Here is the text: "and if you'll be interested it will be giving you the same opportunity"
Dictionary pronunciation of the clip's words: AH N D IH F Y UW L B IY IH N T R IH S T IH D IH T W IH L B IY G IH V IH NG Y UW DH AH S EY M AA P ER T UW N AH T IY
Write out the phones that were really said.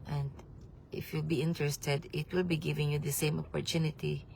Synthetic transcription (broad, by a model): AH N D IH F Y UW L B IY IH N T R IH S T IH D IH T W IH L B IY G IH V IH NG Y UW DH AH S EY M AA P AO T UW N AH T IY